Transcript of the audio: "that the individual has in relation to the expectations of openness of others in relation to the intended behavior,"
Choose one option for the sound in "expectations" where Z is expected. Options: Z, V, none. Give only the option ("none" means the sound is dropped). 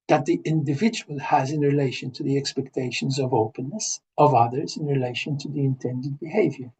Z